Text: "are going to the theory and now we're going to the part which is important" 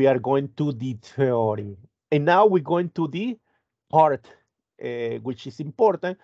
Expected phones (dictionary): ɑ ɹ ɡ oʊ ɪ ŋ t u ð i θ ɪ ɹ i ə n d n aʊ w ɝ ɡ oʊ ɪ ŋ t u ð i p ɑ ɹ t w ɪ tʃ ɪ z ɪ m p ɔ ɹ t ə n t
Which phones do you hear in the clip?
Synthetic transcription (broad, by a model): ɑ ɹ ɡ oʊ ɪ ŋ t u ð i t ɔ ɹ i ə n n aʊ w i ɡ oʊ ɪ ŋ t u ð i p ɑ ɹ t w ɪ tʃ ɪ s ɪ m p ɔ ɹ t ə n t